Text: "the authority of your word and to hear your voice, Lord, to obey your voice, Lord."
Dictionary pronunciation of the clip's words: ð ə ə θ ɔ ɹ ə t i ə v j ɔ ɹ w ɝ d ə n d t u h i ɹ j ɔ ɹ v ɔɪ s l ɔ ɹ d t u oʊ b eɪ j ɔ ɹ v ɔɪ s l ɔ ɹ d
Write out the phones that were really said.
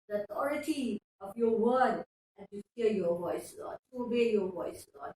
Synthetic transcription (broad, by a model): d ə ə t ɔ ɹ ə t i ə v j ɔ w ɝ d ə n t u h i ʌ j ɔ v ɔɪ s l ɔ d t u oʊ b eɪ j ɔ v ɔɪ s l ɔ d